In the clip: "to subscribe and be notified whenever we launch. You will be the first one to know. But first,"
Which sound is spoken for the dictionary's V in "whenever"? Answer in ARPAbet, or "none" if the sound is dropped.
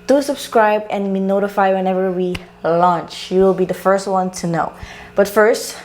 V